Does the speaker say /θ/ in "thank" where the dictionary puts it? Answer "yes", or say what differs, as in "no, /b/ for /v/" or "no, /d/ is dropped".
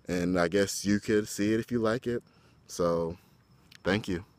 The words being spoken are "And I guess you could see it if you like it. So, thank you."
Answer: yes